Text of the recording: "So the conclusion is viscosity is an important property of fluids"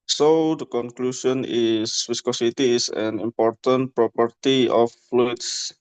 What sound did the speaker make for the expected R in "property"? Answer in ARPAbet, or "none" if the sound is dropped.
R